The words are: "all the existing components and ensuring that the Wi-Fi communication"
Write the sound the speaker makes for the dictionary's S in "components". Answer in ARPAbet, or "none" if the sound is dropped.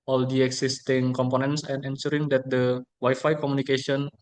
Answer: S